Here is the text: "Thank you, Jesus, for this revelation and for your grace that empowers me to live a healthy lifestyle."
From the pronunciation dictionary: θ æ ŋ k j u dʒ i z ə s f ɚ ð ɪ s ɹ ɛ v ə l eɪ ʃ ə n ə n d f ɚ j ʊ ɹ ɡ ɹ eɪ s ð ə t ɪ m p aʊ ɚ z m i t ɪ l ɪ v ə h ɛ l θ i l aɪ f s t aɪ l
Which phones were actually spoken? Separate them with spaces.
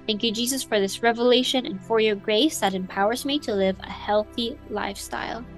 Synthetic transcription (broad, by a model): θ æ ŋ k j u dʒ i z ə s f ɚ ð ɪ s ɹ ɛ v ə l eɪ ʃ ə n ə n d f ɚ j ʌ ɹ ɡ ɹ eɪ s ð ə t ɪ m p aʊ ɚ z m i t ɪ l ɪ v ə h ɛ l θ i l aɪ f s t aɪ l